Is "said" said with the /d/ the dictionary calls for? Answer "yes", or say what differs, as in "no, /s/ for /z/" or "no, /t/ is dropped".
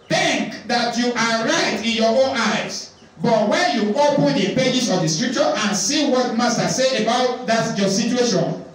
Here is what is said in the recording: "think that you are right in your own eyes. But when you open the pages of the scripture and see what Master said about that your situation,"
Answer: no, /d/ is dropped